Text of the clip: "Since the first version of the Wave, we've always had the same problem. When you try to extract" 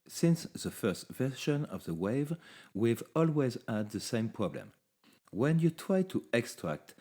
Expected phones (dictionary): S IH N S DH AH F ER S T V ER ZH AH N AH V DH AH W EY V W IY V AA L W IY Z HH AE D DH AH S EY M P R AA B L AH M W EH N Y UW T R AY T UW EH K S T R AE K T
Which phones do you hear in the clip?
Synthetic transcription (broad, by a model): S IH N S DH AH F ER S T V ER SH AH N AH V DH AH W EY V W IY V AA L W IY Z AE D DH AH S EY M P R AA B L AH M W EH N Y UW T R AY T UW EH K S T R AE K T